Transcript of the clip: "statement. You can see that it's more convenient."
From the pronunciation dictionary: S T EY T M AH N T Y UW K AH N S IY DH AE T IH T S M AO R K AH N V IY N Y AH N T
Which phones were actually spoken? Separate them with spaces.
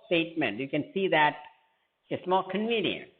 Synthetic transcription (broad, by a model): S T EY T M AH N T Y UW K AH N S IY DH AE T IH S M AO L K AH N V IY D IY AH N